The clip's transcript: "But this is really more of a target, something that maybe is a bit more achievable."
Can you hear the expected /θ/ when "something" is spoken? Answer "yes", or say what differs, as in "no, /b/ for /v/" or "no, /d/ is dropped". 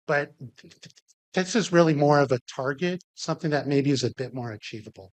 yes